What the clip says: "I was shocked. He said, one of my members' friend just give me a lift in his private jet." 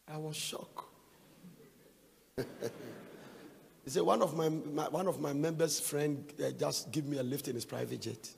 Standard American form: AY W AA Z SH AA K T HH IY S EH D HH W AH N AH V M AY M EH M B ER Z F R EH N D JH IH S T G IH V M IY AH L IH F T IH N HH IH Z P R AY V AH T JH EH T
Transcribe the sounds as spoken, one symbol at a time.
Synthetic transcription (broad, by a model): AY W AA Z SH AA K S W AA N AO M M W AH N AH V M AY M EH M B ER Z F R EH N D JH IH S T G IH V M IY AH L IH F T IH N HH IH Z P R AY V AH T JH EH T